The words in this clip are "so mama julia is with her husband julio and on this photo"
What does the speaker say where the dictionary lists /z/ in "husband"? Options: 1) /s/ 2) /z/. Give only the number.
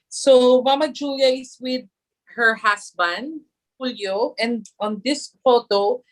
1